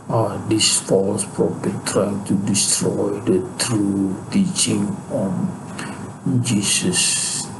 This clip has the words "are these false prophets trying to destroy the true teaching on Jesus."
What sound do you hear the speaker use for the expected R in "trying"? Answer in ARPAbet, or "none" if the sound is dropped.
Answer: R